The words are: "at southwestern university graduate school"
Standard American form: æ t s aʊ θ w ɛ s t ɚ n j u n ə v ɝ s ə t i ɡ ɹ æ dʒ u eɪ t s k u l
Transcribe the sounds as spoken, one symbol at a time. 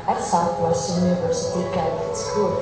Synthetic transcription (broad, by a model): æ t s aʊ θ w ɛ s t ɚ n j u n ə v ɝ s ə t i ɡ æ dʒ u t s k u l